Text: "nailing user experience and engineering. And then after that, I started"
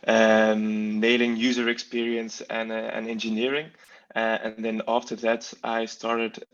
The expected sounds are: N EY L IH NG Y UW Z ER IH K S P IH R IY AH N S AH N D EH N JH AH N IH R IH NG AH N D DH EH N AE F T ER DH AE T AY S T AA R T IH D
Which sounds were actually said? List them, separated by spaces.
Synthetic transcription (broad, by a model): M EY L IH NG Y UW Z ER IH K S P IH R IY AH N S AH N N EH N JH AH N IH R IH NG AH N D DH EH N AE F T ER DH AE T AY S T AA R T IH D